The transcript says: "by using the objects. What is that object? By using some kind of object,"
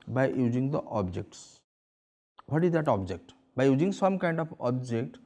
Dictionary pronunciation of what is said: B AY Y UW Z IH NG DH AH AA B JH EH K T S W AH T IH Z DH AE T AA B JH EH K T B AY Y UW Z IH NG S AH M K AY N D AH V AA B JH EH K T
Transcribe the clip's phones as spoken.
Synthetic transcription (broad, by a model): B AY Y UW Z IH NG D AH AA B JH EH K T S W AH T IH Z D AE T AA B JH EH K T B AY Y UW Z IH NG S AH M K AY N D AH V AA B JH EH K T